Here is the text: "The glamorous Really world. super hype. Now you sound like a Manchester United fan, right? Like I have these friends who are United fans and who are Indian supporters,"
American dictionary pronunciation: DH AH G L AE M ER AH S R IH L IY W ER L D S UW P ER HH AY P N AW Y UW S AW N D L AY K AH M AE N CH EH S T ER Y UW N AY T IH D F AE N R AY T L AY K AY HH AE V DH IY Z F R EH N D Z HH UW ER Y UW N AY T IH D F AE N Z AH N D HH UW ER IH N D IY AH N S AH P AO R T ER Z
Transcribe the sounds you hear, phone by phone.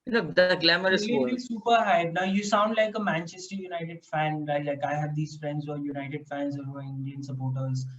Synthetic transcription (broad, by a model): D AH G L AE M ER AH R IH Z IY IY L S UW P ER HH AY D N AW Y UW S AW N D L AY K AH M AE N CH EH S T ER Y UW N AY T IH D F AE N L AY L AY K AY HH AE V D IY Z F R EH N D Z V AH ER Y UW N AY T IH D F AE N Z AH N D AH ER IH N D IY AH N S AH P AO R T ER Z